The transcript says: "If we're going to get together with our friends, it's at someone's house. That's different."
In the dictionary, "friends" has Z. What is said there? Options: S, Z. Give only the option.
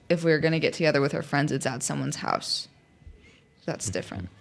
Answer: Z